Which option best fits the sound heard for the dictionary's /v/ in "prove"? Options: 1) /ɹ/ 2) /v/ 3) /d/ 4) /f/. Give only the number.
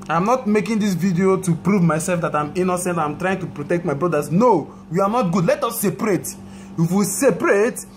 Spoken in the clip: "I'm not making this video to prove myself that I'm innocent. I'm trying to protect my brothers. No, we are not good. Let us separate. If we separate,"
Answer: 2